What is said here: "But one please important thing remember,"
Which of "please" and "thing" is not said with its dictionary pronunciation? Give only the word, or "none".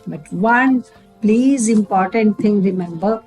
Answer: thing